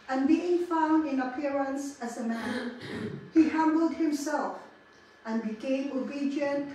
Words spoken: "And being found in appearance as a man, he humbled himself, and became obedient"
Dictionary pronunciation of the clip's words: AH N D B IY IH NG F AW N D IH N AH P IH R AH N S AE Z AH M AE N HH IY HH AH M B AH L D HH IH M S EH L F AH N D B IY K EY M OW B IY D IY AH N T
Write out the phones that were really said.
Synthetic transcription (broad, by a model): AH N B IY IH NG F AW N D IH N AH P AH R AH N S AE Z AH M AE N HH IY HH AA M B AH L D HH IH M S EH L F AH N B IY K EY M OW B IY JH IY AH N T